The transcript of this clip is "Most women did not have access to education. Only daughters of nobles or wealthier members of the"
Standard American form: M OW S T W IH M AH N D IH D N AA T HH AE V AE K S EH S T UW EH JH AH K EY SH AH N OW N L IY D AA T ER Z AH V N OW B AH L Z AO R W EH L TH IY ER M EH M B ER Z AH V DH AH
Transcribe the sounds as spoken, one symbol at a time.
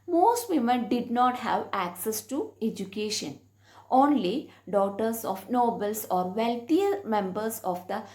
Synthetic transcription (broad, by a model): M OW S T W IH M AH N D IH D N AA T HH AE V AE K S EH S T UW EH JH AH K EY SH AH N OW N L IY D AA T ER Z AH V N OW B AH L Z AO R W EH L T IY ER M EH M B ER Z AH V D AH